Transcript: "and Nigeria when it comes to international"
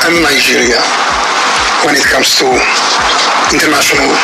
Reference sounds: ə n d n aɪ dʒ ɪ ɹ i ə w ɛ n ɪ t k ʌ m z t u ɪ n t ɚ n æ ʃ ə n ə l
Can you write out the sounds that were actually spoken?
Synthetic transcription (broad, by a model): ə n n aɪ ʒ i ɹ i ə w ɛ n ɪ t k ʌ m s t u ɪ n t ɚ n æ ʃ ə n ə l